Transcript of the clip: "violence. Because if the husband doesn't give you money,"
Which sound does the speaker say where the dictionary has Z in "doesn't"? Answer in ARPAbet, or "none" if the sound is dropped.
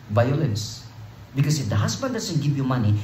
S